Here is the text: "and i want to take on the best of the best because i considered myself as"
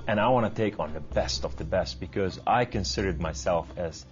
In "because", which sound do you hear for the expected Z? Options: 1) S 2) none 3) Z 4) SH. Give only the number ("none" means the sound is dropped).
3